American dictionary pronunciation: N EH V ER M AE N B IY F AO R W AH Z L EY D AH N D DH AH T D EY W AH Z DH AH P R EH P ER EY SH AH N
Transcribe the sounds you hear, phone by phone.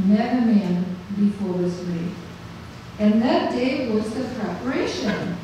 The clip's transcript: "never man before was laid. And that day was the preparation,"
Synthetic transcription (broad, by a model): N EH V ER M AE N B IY F AO R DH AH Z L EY AH N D DH AH T D EY W AH Z DH AH P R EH P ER EY SH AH N